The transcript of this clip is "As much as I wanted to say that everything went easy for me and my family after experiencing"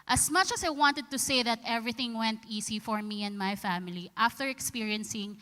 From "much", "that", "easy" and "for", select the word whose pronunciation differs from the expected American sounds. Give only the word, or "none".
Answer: easy